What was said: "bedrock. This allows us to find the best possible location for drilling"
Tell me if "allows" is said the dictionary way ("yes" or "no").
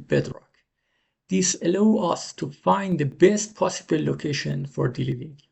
no